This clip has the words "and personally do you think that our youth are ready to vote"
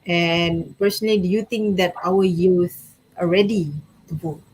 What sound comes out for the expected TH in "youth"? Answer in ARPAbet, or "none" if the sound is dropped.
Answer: S